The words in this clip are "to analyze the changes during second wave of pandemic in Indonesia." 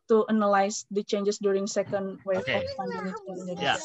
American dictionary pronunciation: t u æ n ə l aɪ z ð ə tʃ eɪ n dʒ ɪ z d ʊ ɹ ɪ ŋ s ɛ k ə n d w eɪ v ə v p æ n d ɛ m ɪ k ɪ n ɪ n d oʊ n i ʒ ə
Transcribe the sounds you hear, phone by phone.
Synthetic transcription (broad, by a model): t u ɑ n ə l aɪ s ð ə tʃ eɪ n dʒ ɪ s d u ɹ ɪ ŋ s ɛ k ə n d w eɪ f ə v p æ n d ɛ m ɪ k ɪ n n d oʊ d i